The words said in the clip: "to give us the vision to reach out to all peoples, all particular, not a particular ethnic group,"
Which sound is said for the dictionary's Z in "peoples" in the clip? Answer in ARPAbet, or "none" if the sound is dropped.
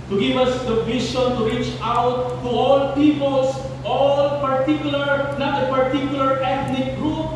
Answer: S